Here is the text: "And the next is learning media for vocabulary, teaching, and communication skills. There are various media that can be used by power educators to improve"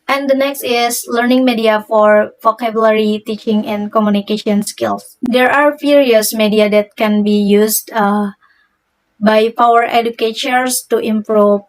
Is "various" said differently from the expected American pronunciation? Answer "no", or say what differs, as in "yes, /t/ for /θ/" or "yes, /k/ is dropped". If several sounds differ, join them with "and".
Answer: yes, /f/ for /v/